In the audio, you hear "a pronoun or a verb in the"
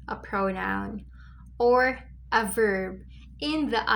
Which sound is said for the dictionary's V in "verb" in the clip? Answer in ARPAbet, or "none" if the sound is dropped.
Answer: V